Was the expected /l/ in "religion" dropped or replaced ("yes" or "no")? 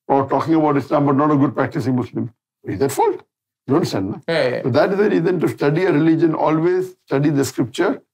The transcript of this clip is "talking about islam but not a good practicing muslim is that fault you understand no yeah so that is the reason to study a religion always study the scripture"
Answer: no